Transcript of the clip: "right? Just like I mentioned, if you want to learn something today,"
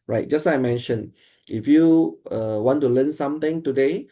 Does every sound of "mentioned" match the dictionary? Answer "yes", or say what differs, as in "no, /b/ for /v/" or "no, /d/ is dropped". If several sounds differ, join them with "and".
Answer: no, /d/ is dropped